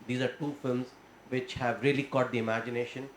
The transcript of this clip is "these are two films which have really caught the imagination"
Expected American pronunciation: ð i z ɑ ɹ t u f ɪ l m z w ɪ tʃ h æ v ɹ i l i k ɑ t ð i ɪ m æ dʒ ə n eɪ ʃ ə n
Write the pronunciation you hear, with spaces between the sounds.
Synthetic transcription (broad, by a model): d i z ɑ ɹ t u f ɪ l m z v ɪ tʃ h æ v ɹ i l i k ɑ t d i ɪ m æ dʒ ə n eɪ ʃ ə n